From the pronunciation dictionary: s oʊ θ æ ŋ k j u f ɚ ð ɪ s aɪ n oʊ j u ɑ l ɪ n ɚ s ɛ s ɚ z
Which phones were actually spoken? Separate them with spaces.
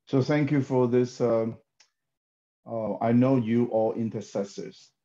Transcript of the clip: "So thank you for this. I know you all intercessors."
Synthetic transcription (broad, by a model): s oʊ θ æ ŋ k j u f ɚ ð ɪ s aɪ n oʊ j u ɑ l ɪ n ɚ s ɛ s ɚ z